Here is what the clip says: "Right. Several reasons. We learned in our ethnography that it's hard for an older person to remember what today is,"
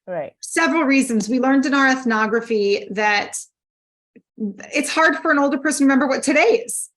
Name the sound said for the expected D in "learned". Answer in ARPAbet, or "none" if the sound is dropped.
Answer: D